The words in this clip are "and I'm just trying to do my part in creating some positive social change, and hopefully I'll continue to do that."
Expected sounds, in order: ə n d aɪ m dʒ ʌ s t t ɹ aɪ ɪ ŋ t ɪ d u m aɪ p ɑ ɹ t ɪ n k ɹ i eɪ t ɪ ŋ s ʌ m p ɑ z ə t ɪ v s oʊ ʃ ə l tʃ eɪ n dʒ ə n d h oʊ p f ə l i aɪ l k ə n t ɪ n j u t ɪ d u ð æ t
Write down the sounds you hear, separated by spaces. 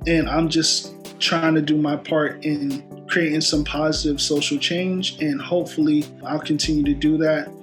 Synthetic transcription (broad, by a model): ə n aɪ m dʒ ʌ s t t ɹ aɪ ɪ ŋ t ɪ d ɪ m aɪ p ɑ ɹ t ɪ n k ɹ i eɪ t ɪ ŋ s ʌ m p ɑ z ə t ɪ v s oʊ ʃ l tʃ eɪ n dʒ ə n h oʊ p f l i aɪ l k ə n t ɪ n j u t ɪ d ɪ ð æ t